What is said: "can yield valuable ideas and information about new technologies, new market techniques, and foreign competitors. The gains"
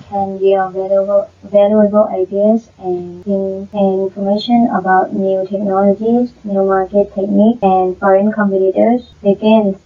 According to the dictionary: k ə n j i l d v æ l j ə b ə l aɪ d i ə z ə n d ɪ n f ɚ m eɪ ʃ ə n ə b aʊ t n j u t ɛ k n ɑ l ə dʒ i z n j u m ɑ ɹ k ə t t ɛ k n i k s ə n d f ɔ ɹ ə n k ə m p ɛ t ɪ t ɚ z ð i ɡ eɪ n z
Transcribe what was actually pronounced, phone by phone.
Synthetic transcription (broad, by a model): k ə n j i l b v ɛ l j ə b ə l aɪ d i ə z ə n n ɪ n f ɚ m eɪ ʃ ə n ə b aʊ t n j u t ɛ k n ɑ l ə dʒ i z n j u m ɑ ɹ k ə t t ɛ k n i k ə n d f ɔ ɹ ə n k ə m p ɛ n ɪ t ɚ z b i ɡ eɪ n